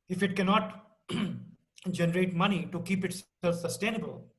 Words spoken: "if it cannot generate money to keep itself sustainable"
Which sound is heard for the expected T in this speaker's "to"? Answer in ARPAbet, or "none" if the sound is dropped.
T